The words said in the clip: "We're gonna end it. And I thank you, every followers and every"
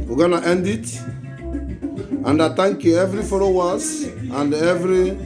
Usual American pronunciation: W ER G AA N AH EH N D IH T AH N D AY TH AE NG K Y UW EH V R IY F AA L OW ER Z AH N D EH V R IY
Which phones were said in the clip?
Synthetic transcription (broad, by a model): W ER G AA N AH EH N D IH T AH N D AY T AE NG K Y UW EH V R IY F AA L OW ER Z AH N D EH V R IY